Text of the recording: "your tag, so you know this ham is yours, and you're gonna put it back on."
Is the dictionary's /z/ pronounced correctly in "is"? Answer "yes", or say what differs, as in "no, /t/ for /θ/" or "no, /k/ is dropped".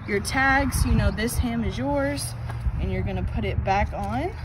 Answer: yes